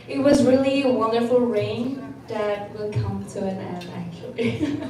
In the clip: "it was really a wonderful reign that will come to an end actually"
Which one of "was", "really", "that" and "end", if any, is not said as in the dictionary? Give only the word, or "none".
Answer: end